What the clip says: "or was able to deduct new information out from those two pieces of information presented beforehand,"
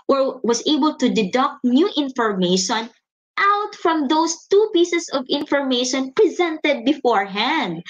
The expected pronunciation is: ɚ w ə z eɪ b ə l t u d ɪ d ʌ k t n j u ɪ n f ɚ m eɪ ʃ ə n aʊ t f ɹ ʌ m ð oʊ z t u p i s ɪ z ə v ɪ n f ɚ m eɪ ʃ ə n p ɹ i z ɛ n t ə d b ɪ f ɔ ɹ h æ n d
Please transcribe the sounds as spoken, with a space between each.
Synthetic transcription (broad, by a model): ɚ w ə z eɪ b ə l t u d ɪ d ʌ k t n j u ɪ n f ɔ m eɪ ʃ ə n aʊ t f ɹ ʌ m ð oʊ s t u p i s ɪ s ə v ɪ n f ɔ m eɪ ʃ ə n p ɹ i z ɛ n t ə d b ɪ f ɔ ɹ h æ n d